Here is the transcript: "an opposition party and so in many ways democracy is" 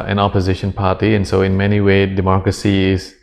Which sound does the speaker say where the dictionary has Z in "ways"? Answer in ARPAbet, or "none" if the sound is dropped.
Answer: none